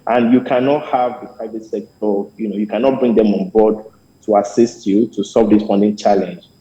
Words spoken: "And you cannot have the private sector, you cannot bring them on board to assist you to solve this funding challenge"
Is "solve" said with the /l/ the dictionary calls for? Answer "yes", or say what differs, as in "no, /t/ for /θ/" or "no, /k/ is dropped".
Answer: no, /l/ is dropped